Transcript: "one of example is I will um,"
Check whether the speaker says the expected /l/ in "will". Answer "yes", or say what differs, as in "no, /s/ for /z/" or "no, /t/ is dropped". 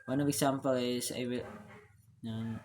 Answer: no, /n/ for /l/